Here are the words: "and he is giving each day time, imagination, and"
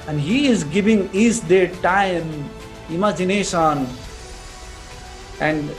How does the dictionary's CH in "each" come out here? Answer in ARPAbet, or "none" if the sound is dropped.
S